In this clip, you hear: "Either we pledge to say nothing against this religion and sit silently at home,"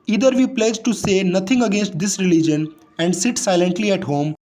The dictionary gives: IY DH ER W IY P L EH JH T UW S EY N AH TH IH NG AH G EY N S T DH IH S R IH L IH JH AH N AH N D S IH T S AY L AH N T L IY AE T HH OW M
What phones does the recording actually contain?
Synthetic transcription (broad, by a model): IY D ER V IY P L EH JH T UW S EY N AH T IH NG AH G EY N S T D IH S R IH L IH JH AH N AH N D S IH T S AY L AH N T L IY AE T HH OW M